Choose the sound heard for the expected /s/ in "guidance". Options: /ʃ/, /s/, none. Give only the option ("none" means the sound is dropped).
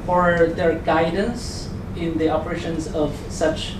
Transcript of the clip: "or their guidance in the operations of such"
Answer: /s/